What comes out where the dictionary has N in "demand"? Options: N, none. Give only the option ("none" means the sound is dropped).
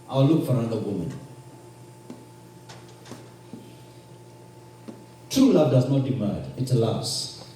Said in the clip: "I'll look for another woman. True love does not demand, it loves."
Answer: none